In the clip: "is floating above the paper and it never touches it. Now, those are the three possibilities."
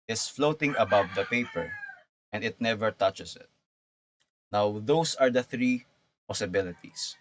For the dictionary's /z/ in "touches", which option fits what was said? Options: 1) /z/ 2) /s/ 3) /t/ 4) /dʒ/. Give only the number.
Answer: 2